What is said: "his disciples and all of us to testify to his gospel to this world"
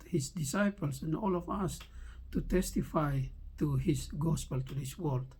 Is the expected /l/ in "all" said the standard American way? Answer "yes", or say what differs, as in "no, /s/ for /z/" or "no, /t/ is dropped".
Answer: yes